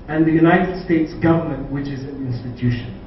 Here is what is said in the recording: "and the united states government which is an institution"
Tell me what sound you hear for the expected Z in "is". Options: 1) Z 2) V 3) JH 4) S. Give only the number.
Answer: 1